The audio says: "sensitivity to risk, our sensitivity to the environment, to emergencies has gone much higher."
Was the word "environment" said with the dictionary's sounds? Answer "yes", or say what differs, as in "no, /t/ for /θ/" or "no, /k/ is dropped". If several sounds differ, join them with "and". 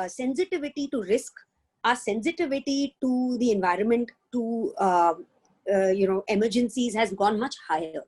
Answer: yes